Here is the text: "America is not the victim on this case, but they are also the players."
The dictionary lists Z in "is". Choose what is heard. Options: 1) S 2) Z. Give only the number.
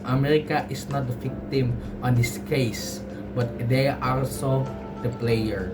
1